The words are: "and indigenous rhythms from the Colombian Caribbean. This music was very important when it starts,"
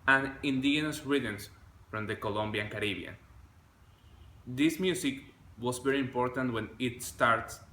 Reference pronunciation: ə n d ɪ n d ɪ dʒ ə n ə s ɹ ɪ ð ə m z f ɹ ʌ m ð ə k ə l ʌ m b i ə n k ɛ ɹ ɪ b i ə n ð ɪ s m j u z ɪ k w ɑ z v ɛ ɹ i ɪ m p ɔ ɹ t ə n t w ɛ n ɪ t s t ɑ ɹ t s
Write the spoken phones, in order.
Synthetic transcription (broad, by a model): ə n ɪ n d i ə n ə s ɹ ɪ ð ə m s f ɹ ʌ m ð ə k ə l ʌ m b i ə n k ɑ ɹ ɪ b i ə n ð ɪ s m j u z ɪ k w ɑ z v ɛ ɹ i ɪ m p ɔ ɹ t ə n t w ɛ n ɪ t s t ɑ ɹ t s